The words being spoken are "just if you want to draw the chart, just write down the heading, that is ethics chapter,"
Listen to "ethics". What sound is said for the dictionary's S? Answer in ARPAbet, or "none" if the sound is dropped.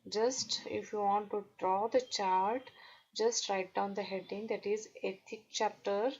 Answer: none